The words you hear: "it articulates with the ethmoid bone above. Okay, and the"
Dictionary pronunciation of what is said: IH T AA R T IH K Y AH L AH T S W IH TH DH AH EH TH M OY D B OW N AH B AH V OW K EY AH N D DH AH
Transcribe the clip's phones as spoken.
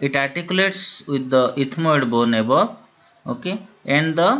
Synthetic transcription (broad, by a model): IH T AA R T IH K Y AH L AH T S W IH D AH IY T M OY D B OW N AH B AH OW K EY AH N D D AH